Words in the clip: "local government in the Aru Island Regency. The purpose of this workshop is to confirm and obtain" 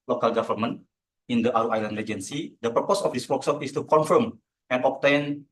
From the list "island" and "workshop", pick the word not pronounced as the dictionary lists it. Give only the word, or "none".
workshop